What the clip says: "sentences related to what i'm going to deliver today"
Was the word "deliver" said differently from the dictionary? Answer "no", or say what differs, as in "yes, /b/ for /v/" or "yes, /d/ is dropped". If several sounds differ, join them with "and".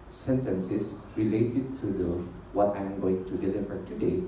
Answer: yes, /f/ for /v/